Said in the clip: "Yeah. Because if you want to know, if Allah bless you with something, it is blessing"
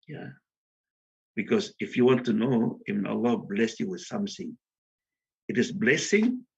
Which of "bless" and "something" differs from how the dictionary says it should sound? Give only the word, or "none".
none